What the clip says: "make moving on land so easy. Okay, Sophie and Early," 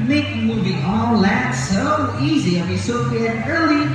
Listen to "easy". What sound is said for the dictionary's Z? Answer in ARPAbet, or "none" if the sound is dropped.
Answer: Z